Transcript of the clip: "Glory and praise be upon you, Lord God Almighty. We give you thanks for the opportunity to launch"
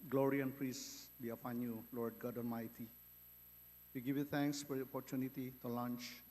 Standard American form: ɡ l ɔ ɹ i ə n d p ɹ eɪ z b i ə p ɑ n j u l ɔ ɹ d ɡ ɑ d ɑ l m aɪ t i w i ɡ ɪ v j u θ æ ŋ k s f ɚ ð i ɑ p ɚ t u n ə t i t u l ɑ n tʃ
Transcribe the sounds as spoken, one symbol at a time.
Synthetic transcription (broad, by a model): ɡ l ɔ ɹ i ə n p ɹ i s b i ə f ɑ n j u l ɔ ɹ d ɡ ɑ d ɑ n m aɪ t i w i ɡ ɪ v j u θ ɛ ŋ k s f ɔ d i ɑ p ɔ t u n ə t i t u l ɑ n tʃ